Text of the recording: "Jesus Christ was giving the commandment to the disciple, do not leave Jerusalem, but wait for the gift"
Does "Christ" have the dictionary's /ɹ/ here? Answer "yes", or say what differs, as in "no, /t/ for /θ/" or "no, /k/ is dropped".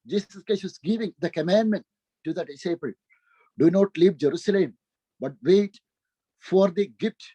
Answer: no, /ɹ/ is dropped